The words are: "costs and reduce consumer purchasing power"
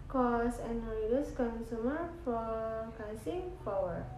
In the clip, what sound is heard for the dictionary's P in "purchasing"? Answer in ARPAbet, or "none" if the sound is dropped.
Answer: F